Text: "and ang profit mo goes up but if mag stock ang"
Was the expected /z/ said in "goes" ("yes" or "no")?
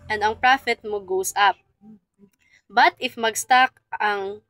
no